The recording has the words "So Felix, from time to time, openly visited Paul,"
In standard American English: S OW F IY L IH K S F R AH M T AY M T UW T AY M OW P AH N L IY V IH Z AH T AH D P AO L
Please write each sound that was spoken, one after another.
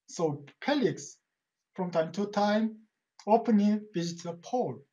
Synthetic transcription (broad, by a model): S OW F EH L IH K S F R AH M T AY M T UW T AY M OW P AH N IY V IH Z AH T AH P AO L